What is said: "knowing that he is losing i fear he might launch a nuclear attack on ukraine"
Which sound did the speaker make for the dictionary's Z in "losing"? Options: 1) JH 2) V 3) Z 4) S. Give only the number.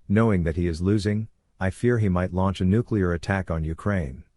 3